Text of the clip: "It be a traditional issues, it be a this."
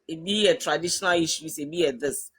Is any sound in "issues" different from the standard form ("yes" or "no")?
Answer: yes